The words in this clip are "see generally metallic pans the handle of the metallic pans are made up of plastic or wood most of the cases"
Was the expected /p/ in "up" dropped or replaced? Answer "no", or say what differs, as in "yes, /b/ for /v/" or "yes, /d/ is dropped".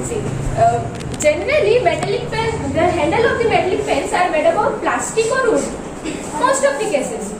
yes, /b/ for /p/